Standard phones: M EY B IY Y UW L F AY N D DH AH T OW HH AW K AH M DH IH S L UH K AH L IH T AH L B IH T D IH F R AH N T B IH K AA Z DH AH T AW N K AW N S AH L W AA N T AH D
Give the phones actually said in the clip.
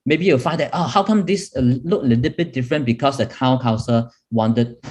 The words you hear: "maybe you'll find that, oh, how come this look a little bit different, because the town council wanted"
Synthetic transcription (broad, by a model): M EY B IY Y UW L F AY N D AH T OW HH AW K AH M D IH S L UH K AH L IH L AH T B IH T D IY F R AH N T B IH K AA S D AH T AW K AW S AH W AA N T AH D